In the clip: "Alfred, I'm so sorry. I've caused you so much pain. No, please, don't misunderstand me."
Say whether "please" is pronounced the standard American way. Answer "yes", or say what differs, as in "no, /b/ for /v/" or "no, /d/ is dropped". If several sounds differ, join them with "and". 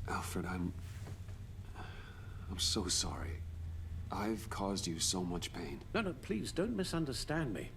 yes